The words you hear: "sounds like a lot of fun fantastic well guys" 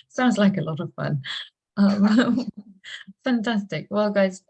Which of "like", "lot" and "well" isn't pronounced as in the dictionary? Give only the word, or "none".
none